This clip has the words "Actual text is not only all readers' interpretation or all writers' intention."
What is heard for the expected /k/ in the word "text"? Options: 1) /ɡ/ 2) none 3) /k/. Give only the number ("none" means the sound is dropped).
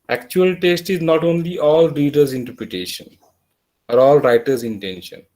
2